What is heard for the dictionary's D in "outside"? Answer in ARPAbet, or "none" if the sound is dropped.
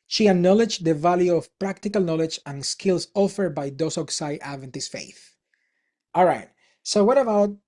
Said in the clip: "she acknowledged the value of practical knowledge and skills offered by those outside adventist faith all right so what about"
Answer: none